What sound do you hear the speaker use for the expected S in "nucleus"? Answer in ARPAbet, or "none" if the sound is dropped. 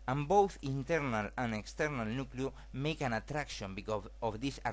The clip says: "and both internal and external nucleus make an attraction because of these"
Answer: none